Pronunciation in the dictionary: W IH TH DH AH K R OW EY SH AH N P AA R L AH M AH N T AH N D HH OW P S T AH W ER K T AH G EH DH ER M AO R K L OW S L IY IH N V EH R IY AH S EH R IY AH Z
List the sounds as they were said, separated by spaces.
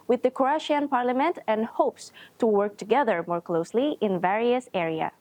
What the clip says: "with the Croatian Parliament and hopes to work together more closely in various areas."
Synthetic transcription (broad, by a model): W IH DH AH K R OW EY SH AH N P AA R L AH M AH N T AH N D HH OW P S T AH W ER K T AH G EH DH ER M AO R K L OW S L IY IH N V EH R IY AH S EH R IY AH